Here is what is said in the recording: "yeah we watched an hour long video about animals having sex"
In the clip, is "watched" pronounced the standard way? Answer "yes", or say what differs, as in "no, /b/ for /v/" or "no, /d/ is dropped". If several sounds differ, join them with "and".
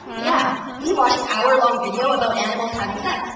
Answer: no, /t/ is dropped